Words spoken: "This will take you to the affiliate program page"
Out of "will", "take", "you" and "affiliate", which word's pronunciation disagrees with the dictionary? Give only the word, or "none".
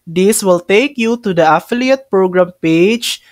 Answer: none